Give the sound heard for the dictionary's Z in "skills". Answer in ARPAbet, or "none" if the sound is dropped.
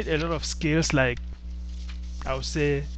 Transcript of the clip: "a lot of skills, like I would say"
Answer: S